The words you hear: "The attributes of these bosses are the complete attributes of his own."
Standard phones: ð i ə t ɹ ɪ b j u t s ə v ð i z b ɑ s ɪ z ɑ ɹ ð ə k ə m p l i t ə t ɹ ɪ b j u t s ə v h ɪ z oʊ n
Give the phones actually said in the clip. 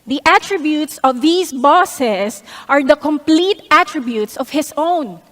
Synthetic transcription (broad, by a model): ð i ə t ɹ ɪ b j u t s ə v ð i s b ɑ s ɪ s ɑ ɹ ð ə k ə m p l i t ə t ɹ ɪ b j u t s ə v h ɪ s oʊ n